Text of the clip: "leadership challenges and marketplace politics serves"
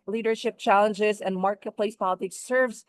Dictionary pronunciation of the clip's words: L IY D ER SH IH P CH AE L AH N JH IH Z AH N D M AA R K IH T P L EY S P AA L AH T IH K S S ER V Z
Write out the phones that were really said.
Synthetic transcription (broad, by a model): L IY D ER SH IH P CH AE L AH N JH IH Z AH N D M AA R K IH T P L EY S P AA L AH T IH K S S ER V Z